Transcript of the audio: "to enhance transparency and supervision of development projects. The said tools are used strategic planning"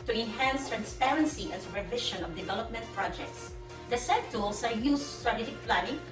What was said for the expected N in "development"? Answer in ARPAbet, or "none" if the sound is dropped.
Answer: N